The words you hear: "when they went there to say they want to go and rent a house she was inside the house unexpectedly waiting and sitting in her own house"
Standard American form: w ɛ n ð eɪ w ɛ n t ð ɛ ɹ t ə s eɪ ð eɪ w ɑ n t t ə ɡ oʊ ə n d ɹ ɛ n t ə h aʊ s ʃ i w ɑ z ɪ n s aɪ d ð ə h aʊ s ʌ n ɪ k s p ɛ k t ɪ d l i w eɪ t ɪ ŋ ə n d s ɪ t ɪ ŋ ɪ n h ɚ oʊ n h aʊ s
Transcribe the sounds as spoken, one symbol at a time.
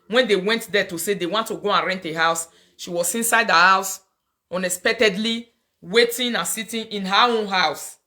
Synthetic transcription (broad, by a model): w ɛ n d eɪ w ɛ n t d ɛ t ə s eɪ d eɪ w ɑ n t t ə ɡ oʊ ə n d ɹ ɛ n t ə h aʊ s ʃ i w ɑ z ɪ n s aɪ d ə h aʊ s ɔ n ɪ s p ɛ k t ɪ d l i w eɪ t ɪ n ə n s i t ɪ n ɪ n h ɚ oʊ n h aʊ s